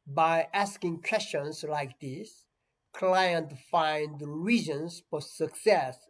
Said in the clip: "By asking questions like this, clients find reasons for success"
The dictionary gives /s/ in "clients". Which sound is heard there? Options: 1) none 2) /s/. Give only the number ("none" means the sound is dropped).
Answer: 1